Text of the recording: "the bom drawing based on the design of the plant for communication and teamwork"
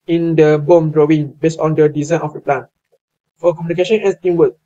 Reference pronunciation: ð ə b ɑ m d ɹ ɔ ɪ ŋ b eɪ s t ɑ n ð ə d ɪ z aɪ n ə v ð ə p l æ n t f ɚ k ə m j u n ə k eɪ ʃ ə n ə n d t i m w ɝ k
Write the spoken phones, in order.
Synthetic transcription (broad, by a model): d ə b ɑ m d ɹ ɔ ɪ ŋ b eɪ s ɑ n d ə d ɪ z aɪ n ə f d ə p l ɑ n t f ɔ k ə m j u n ə k eɪ ʃ ə n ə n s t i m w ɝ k